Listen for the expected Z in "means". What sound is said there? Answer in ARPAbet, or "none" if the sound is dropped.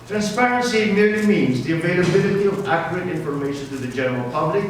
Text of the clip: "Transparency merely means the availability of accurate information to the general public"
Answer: Z